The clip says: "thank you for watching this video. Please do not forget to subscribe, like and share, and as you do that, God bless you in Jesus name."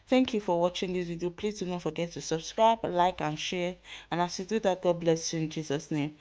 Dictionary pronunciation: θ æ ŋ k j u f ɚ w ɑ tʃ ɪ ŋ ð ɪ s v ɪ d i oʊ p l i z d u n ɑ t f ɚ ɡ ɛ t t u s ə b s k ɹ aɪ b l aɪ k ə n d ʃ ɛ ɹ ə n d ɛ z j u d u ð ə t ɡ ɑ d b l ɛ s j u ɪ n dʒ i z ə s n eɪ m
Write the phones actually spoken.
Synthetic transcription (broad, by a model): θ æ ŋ k j u f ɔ w ɑ tʃ ɪ ŋ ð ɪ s w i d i p l i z d u n ɑ t f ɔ ɡ ɛ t t u s ə b s k ɹ aɪ b l aɪ k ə n ʃ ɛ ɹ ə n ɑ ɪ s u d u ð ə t ɡ ɑ d b l ɛ s j u ɪ n dʒ i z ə s n eɪ m